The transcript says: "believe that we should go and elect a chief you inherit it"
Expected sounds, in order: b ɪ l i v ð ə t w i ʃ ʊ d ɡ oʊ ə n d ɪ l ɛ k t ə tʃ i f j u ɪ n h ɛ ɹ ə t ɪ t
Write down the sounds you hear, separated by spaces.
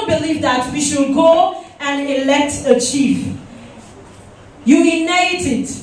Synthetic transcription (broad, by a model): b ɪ l i v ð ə t w i ʃ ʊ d ɡ oʊ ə n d ɪ l ɛ k t ə tʃ i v j u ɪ n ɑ ə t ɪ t